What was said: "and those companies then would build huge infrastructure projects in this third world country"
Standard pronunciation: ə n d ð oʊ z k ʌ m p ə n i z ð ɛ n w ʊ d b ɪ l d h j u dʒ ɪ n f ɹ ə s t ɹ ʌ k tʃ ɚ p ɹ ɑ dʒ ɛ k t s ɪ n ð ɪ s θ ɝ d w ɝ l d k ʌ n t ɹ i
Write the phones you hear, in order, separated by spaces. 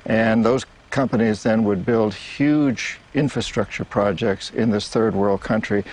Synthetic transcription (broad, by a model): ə n ð oʊ z k ʌ m p ə n i z ð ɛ n w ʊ d b ɪ l d h j u dʒ ɪ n f ɹ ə s t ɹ ʌ k tʃ ɚ p ɹ ɑ dʒ ɛ k t s ɪ n ð ɪ s θ ɝ d w ɝ l d k ʌ n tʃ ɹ i